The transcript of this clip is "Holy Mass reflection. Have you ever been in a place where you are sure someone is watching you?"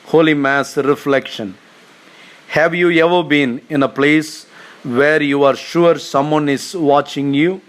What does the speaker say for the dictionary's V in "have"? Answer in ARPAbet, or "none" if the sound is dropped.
V